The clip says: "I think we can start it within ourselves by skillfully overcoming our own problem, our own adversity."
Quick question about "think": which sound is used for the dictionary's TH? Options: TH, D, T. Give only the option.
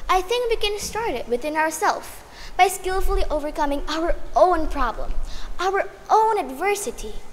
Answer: TH